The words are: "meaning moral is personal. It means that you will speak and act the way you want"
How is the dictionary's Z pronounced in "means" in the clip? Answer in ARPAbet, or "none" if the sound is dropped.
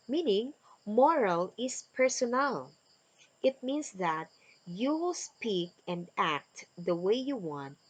S